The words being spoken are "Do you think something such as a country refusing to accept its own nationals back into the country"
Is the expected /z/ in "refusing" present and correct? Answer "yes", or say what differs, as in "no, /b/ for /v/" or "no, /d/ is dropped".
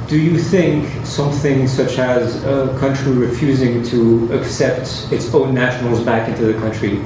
yes